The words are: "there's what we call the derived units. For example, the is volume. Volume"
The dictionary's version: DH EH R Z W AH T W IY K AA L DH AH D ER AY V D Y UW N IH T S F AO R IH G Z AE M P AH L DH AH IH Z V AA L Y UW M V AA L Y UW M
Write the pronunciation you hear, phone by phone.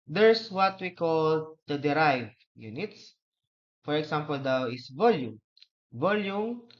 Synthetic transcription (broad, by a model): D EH R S W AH T W IY K AA L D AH D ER AY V Y UW N IH T S F AO R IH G S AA M P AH L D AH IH S V AA L Y UW M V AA L Y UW M